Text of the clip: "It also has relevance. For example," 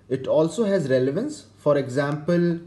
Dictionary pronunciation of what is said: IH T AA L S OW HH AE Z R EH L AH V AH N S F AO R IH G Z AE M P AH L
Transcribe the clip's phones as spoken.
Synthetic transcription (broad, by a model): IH T AA L S OW HH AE Z R EH L AH V AH N S F AO R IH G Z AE M P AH L